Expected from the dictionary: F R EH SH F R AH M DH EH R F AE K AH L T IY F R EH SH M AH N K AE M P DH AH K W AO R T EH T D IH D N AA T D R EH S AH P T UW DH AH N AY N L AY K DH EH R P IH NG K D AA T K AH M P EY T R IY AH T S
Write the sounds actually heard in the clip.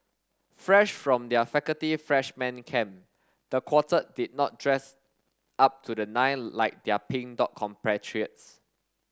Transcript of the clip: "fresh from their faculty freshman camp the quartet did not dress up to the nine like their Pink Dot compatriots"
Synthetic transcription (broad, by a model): F R EH SH F R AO M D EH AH F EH K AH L T IY F R EH SH M AH N K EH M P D AH K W AO T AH D IH D N AA T D R EH S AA P T UW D AH N AY N L AY K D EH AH P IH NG D AA T K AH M P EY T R IY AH T S